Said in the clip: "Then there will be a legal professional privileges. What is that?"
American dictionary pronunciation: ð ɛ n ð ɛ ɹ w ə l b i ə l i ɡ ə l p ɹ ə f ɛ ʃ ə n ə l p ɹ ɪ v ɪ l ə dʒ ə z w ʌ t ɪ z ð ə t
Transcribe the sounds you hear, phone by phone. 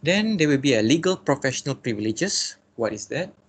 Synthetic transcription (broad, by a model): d ɛ n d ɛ w ə l b i ə l i ɡ ə l p ɹ ə f ɛ ʃ ə n ə l p ɹ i v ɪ l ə dʒ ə s w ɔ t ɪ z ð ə t